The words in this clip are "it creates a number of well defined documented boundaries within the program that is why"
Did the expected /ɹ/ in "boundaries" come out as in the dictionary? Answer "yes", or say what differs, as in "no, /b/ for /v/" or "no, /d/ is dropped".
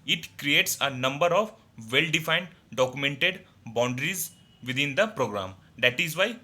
yes